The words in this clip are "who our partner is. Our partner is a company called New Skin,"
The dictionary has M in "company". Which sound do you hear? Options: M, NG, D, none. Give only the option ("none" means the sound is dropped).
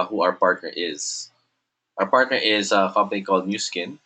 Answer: none